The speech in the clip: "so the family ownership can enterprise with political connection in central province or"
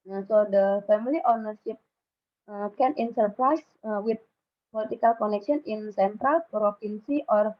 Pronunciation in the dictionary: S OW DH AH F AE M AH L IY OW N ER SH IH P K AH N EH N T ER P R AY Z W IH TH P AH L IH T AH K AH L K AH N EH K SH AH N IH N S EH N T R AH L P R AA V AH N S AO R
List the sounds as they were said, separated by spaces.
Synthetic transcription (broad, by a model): S OW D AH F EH M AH L IY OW N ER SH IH P K AH N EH N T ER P R AY S W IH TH P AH L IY T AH K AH L K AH N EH K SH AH N IH N S EH N T R AH L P R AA P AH N S AO R